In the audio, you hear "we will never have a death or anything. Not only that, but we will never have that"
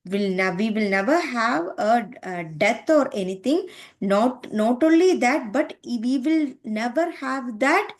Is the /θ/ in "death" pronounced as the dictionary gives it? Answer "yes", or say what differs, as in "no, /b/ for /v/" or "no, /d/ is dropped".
no, /t/ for /θ/